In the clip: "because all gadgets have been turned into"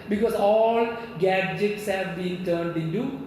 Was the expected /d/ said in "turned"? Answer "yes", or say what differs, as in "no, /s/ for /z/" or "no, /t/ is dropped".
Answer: yes